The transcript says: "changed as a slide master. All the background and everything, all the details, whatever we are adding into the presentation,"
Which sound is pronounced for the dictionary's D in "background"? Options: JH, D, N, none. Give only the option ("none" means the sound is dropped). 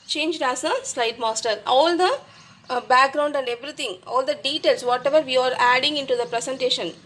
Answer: D